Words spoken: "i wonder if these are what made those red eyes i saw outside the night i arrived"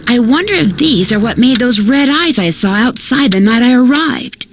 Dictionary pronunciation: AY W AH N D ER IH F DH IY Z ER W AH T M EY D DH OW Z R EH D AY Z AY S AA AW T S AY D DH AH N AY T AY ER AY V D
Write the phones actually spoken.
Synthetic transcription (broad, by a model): AY W AH N D ER IH F DH IY Z ER W AH T M EY D DH OW Z R EH D AY Z AY S AA AW T S AY D DH AH N AY T AY ER AY V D